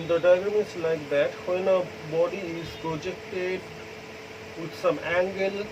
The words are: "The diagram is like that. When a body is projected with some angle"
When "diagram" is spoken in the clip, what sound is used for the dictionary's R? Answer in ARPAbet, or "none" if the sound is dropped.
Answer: none